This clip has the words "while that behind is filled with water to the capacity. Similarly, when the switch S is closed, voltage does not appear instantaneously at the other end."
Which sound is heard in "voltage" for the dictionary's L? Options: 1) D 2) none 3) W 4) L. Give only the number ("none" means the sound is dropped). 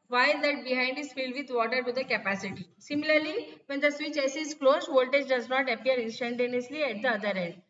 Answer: 4